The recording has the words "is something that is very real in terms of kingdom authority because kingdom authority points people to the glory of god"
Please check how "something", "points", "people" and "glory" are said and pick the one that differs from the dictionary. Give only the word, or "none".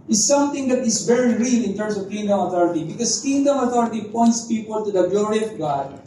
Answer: something